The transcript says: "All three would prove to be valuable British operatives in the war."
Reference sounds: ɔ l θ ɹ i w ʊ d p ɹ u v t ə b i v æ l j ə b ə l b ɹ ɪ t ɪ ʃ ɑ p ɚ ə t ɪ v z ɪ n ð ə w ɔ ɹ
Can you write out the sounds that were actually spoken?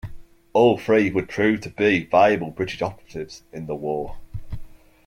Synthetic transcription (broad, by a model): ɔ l f ɹ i w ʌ d p ɹ u v t ə b i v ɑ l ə b ə l b ɹ ɪ t ɪ ʃ ɑ p ɚ ə t ɪ v z ɪ n ð ə w ɔ